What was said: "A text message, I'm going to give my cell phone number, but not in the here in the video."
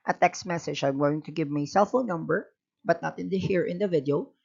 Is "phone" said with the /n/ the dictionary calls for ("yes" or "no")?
no